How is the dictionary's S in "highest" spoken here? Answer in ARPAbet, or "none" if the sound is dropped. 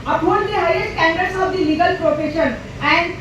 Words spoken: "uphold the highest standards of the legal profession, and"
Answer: none